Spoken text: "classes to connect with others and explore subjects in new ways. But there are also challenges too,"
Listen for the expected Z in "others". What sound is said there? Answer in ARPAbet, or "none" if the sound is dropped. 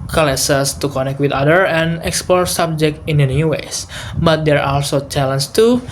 none